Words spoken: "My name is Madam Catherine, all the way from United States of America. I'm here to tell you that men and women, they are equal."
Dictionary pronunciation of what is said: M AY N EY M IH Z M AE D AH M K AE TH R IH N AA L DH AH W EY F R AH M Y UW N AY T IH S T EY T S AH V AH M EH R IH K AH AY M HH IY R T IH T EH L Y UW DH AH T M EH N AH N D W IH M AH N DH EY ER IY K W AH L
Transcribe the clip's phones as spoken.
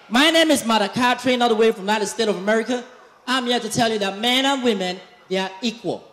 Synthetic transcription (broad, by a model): M AY N EY M IH Z M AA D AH K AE T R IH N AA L DH AH W EY F R AH M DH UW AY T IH S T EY T AH V AH M EH R IH K AH AY M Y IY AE T IH T EH L Y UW DH AH T M EH N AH N W IH M AH N DH EY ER IY K W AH L